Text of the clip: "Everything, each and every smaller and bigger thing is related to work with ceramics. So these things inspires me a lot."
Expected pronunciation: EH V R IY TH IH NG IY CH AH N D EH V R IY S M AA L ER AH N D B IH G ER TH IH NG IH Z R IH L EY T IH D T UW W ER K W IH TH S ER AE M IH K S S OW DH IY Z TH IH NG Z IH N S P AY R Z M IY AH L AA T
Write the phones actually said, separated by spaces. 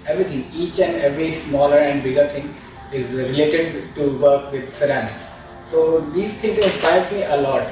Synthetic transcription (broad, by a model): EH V R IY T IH NG IY CH AH N D EH V R IY S M AA L ER AH N D B IH G ER T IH NG IH Z R IH L EY T IH D T UW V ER K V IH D S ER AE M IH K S S OW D IY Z T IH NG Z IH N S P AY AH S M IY AH L AA T